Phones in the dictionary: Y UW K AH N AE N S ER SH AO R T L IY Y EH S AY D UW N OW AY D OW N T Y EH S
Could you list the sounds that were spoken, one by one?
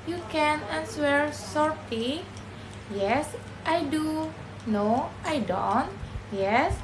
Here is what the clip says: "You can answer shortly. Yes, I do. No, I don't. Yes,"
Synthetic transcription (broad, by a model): Y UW K AH N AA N S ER S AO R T IY Y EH S AY D UW N OW AY D OW N T Y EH S